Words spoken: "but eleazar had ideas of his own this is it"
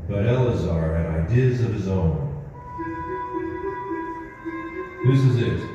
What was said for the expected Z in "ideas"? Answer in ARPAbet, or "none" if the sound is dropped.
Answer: Z